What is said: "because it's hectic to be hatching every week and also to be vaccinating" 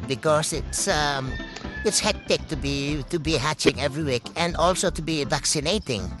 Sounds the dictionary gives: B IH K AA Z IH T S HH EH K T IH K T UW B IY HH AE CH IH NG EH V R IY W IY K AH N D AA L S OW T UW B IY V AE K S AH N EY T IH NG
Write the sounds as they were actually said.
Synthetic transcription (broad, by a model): B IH K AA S IH T S HH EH K T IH K T UW B IY HH AE CH IH NG EH V R IY W IY K AH N D AA L S OW T UW B IY V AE K S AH N EY T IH NG